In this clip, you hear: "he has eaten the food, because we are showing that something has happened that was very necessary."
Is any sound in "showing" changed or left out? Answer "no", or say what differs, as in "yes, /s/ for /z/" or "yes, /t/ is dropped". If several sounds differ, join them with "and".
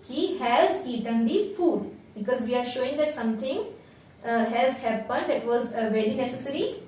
no